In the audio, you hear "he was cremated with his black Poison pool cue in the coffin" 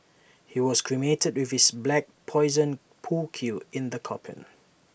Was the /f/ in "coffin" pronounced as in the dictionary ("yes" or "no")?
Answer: no